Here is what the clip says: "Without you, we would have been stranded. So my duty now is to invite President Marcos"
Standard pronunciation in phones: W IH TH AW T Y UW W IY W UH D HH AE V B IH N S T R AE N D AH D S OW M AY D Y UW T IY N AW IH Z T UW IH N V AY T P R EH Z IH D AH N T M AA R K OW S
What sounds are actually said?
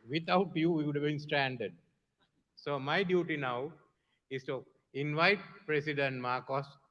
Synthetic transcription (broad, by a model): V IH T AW T Y UW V IY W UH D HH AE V B IH N S T R AE N D AH D S OW M AY D Y UW T IY N AW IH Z T UW IH N V AY T P R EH S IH D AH N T M AA R K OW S